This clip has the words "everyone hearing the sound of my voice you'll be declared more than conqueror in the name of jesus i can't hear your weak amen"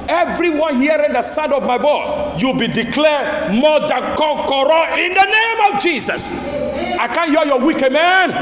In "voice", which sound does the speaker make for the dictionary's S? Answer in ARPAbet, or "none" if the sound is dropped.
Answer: none